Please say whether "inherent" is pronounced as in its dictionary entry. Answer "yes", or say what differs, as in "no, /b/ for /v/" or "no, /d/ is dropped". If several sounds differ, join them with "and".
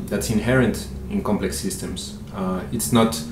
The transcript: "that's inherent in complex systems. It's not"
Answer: yes